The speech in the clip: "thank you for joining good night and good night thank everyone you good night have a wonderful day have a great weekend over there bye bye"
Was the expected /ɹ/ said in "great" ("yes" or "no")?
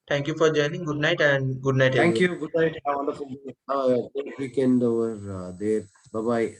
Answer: no